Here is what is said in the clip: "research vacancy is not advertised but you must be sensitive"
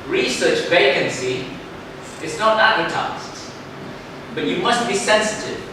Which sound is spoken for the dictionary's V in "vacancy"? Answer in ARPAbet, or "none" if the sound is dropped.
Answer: V